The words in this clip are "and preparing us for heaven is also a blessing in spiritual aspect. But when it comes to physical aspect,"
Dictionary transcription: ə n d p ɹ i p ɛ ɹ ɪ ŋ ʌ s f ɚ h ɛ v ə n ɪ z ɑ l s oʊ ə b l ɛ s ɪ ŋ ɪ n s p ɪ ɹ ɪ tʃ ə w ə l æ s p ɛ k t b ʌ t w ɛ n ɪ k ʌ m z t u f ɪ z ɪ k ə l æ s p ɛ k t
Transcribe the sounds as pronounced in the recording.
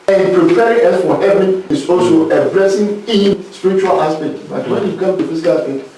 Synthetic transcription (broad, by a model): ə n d p ɹ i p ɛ ɹ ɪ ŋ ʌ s f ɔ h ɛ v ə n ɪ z ɑ l s oʊ ə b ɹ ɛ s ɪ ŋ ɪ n s p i ɹ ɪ tʃ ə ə l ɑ s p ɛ k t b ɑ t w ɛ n ɪ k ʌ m t u f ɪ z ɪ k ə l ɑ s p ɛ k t